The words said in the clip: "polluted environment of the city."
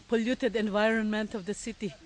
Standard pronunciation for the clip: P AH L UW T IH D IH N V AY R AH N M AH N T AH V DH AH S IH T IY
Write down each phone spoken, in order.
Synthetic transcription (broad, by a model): P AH L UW T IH D IH N V AY R AH N M AH N T AH V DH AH S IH T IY